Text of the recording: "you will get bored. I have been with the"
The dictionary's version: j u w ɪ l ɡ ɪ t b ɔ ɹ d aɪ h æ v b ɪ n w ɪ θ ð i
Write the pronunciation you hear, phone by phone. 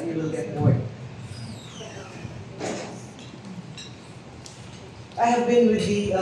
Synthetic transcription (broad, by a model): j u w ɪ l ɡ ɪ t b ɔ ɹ aɪ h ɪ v b ɪ n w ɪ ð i